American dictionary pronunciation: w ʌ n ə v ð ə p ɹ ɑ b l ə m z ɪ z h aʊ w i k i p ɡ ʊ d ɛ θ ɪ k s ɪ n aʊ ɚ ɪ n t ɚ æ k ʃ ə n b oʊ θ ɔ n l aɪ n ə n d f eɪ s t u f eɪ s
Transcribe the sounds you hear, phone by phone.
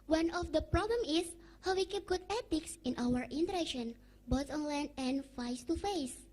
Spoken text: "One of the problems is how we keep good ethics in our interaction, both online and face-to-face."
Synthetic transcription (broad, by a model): w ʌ n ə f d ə p ɹ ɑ b l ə m ɪ s h aʊ w i k i p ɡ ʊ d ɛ t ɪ k s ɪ n aʊ ɚ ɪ n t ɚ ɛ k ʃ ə n b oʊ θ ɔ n l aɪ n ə n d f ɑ s t u f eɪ s